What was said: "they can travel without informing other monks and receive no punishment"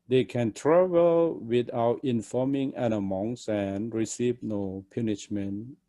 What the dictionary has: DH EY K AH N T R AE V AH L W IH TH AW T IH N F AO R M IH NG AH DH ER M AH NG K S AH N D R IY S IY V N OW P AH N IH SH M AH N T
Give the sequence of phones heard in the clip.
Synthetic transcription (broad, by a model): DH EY K AH N T R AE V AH L W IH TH AW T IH N F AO M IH NG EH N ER M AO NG S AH N R IY S IY V N OW P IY N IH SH M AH N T